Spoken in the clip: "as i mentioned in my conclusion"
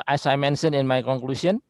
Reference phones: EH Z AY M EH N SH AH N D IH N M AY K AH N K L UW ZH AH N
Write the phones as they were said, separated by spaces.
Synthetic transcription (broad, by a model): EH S AY M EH N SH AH N IH N M AY K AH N K L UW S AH N